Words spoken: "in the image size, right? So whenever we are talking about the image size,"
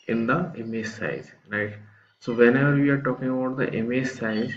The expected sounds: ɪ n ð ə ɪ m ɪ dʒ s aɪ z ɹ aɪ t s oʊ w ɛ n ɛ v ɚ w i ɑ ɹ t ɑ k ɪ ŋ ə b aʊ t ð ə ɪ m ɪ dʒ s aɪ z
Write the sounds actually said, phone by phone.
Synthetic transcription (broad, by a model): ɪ n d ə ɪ m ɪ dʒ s aɪ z l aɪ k s oʊ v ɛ n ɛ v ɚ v i ɑ ɹ t ɑ k ɪ ŋ ə b aʊ t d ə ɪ m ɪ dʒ s aɪ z